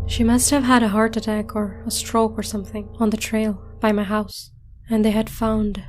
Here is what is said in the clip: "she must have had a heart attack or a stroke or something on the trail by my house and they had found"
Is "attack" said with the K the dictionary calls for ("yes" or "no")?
yes